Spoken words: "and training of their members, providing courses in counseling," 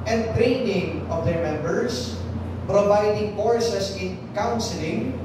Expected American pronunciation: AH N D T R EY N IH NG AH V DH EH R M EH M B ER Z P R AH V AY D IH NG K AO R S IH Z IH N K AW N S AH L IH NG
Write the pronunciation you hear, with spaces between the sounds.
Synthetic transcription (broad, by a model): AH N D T R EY N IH NG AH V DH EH R M EH M B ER S P R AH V AY D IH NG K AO R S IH S IH N K AW N S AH L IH NG